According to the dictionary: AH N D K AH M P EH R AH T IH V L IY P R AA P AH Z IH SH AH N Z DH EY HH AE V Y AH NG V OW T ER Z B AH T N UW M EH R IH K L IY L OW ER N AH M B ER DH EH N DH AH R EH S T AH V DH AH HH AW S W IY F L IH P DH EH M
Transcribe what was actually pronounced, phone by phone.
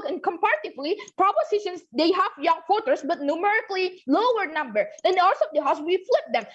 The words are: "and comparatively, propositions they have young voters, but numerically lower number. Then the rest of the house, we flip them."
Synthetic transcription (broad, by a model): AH N K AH M P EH R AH T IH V L IY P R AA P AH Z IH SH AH N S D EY HH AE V Y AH NG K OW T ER S B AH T N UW M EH R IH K L IY L OW ER N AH M B ER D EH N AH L S AH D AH HH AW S W IY F L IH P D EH M